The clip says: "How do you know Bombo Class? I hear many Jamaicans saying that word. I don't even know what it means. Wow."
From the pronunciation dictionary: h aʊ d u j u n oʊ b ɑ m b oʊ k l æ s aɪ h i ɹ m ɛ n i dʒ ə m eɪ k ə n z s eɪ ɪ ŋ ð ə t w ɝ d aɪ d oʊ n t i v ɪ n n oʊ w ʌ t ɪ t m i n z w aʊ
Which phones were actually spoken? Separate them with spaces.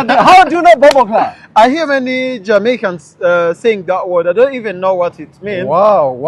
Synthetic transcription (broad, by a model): h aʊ d u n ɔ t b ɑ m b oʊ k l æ aɪ h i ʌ m ɛ n i dʒ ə m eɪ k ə n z s eɪ ɪ ŋ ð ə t w ɝ d aɪ d oʊ n t i v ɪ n n oʊ w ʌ t ɪ t m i n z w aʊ